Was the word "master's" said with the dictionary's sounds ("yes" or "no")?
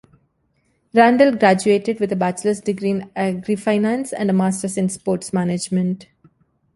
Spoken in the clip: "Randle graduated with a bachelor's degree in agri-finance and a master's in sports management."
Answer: no